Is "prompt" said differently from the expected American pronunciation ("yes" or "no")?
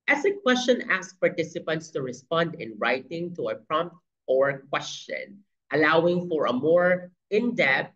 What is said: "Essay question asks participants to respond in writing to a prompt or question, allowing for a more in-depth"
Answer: no